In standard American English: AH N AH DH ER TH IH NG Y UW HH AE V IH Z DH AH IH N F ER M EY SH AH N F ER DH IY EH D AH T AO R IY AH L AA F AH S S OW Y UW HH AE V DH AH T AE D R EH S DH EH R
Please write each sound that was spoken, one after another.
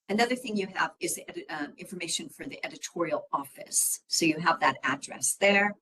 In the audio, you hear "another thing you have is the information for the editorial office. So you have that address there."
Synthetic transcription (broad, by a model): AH N AH DH ER TH IH NG Y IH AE V IH Z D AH IH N F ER M EY SH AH N F ER DH IY EH D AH T AO R IY L AA F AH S S OW Y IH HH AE V DH AH T AE D R EH S DH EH R